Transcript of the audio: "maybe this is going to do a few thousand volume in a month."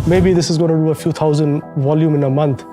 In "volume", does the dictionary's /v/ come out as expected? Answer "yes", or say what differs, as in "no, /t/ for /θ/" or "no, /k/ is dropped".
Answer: yes